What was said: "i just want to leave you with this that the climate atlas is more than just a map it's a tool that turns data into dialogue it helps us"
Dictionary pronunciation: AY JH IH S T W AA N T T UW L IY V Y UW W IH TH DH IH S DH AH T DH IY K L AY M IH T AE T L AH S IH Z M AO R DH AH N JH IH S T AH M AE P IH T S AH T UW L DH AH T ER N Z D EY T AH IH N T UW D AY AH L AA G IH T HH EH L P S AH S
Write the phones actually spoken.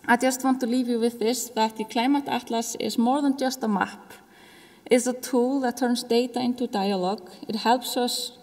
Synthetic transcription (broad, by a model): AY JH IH S T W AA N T T UW L IY V Y UW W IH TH DH IH S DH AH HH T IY K L AY M IH T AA T L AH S IH S M AO R DH AH N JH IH S T AH M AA P IH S AH T UW L DH AH T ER N S D EY T AH IH N T UW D AY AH L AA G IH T HH EH L P S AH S